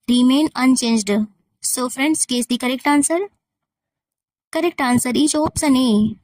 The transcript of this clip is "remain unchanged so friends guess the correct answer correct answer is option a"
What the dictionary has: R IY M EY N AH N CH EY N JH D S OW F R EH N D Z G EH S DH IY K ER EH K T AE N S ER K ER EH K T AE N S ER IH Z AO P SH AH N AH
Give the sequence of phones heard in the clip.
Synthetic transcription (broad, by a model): R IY M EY N AH N CH EY N JH D S OW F R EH N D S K EH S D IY K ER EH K T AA N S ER K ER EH K T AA N S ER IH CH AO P S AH N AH